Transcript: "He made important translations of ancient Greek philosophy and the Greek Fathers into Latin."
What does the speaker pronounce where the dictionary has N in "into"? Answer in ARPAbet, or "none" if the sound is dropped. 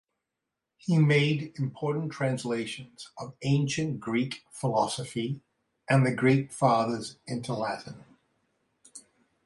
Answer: N